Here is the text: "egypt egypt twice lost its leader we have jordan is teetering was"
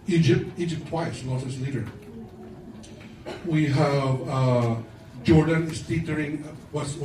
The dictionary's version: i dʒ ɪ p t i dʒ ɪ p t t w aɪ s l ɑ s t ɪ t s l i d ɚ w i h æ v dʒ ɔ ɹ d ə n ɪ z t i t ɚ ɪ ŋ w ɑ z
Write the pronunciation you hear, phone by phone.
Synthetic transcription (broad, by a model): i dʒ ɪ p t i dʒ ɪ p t t w aɪ s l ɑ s ɪ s l i d ɚ w i h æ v dʒ ɔ ɹ d ə n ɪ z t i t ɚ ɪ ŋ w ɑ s